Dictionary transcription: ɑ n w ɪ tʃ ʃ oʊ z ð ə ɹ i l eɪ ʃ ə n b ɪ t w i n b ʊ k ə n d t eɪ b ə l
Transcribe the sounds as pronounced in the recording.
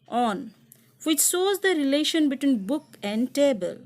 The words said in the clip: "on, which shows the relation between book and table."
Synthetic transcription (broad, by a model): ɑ n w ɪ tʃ s oʊ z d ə ɹ i l eɪ ʃ ə n b ɪ t w i n b ʊ k ə n d t eɪ b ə l